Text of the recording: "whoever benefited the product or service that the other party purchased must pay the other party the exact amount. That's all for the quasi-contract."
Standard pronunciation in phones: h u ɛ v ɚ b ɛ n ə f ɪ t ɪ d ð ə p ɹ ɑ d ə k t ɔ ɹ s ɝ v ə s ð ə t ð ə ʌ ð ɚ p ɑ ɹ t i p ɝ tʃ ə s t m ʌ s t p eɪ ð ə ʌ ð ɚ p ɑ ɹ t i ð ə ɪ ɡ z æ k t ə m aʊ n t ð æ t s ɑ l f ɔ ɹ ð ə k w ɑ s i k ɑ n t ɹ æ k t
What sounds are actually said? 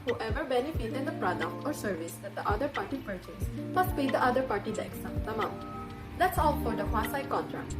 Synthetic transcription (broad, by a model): h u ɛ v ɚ b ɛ n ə f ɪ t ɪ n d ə p ɹ ɑ d ə k t ɔ ɹ s ɝ v ə s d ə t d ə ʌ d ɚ p ɑ ɹ t i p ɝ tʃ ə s m ʌ s t p eɪ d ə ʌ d ɚ p ɑ ɹ t i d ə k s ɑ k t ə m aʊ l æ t s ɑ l f ɔ ɹ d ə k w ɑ s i k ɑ n t ɹ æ k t